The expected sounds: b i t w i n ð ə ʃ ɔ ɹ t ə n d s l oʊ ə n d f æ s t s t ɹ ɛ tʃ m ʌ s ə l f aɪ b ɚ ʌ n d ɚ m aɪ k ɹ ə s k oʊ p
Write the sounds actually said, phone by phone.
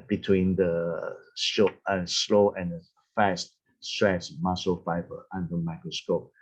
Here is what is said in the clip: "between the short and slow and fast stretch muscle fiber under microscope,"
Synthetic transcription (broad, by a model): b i t w i n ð ə s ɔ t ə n s l oʊ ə n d f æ s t s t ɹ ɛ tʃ m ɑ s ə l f aɪ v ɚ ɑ n d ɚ m aɪ k ɹ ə s k oʊ p